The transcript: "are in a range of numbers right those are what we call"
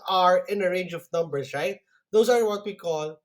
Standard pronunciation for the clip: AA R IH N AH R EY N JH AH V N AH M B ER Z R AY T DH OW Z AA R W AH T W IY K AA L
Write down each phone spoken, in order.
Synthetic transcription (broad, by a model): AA R IH N AH R EY N JH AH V N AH M B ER S R AY T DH OW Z AA R W AH T W IY K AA L